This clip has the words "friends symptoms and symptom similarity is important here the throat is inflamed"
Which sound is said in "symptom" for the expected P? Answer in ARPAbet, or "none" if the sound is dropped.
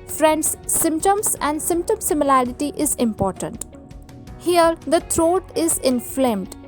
P